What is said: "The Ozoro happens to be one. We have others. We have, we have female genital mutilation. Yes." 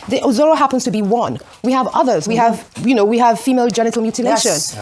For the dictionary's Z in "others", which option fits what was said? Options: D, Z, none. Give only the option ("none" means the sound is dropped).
Z